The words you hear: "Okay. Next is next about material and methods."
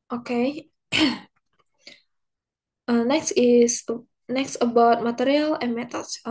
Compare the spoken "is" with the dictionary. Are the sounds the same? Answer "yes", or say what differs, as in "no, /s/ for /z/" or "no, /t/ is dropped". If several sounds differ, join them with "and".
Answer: no, /s/ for /z/